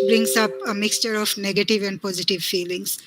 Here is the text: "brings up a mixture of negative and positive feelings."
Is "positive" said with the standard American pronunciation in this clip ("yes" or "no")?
yes